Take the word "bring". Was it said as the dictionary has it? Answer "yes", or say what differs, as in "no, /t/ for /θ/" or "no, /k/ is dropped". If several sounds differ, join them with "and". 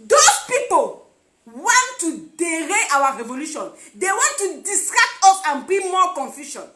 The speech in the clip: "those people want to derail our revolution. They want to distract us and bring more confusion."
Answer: no, /ɹ/ is dropped